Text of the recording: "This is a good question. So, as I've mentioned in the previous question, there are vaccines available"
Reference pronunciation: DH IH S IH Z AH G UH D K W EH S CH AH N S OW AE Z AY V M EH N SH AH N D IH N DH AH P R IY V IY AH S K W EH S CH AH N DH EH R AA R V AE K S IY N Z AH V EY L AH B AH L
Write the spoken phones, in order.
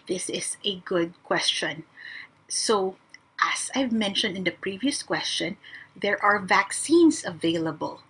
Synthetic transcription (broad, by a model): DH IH S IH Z AH G UH D K W EH S CH AH N S OW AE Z AY V M EH N SH AH N D IH N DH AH P R IY V IY AH S K W EH S CH AH N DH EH R AA R V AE K S IY N S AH V EY L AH B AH L